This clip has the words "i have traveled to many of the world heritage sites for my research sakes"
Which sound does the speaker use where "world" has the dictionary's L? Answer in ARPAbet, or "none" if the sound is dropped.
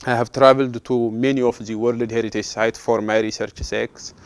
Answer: L